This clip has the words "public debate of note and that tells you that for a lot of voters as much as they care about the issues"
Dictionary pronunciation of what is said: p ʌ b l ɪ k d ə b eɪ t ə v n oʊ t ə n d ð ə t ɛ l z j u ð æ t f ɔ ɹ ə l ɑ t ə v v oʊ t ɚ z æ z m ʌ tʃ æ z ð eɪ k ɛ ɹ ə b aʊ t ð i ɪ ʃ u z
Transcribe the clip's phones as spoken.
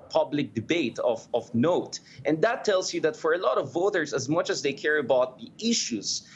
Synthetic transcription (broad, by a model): p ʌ b l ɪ k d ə b eɪ t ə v n oʊ t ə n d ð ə t ɛ l s j u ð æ t f ɔ ɹ ə l ɑ t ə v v oʊ t ɚ s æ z m ʌ tʃ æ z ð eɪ k ɛ ɹ ə b aʊ t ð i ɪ ʃ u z